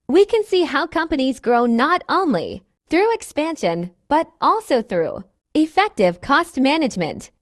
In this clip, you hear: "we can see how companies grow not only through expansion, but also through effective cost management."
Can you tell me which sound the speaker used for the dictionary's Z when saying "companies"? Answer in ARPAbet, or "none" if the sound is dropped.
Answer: Z